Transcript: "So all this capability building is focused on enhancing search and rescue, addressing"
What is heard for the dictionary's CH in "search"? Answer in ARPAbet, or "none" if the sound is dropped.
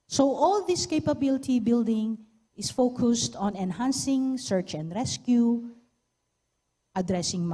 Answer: CH